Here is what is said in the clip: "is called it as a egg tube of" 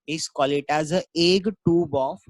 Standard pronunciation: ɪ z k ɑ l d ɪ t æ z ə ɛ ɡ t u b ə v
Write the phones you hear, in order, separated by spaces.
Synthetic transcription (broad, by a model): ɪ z k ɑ l ɪ t æ z ə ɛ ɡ t u b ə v